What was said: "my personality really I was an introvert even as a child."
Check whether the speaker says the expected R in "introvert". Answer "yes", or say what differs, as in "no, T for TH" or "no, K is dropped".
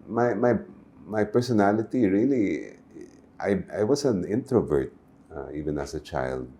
yes